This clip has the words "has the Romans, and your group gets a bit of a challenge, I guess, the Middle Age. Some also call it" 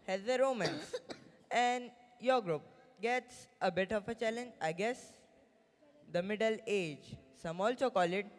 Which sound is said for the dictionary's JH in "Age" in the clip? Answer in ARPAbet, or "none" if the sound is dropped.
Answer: JH